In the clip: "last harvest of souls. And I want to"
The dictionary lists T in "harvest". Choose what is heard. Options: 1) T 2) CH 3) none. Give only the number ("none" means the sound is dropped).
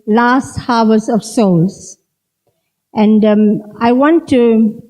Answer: 3